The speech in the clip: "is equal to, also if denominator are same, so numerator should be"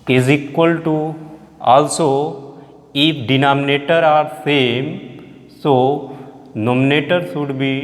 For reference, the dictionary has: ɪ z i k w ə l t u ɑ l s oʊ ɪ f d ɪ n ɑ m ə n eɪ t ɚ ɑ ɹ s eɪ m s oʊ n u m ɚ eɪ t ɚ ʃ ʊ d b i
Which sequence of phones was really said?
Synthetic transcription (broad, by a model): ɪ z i k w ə l t u ɑ l s oʊ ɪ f d ɪ n ɑ m ə n eɪ t ɚ ɑ ɹ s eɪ m s oʊ n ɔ m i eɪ t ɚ s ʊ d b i